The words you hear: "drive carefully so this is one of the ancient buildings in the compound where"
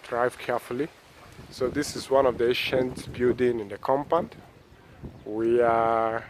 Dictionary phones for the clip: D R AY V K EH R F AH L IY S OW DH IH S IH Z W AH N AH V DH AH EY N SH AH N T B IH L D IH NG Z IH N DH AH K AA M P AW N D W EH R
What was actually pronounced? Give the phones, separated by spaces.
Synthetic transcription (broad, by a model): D R AY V K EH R F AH L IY S OW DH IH S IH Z W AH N AH V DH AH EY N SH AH N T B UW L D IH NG IH N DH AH K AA M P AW N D W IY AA